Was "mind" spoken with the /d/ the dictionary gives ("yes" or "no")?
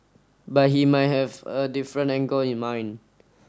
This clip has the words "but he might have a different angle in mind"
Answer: no